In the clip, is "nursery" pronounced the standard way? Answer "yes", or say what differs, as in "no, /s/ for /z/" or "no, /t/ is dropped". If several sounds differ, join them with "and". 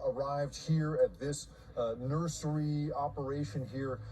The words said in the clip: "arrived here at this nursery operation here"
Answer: yes